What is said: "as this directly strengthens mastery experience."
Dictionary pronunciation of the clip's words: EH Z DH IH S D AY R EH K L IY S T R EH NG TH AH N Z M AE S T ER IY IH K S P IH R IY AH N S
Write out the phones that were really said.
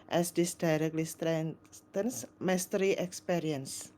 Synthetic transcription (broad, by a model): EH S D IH S D AY R EH K L IY S T R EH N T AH N S M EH S T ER IY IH K S P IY R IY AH N S